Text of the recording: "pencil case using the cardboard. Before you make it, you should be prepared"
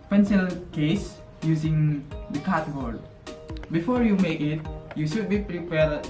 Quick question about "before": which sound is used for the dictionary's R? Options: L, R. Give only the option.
R